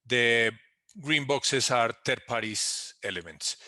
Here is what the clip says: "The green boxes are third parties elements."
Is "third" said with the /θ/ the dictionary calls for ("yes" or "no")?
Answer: no